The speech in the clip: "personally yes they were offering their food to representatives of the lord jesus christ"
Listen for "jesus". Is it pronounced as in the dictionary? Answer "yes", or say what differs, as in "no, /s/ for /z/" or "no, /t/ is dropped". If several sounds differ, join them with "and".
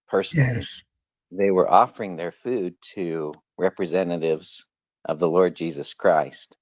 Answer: yes